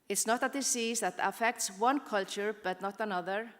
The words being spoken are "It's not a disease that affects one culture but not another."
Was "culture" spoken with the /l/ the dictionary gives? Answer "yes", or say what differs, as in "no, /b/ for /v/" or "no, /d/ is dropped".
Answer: yes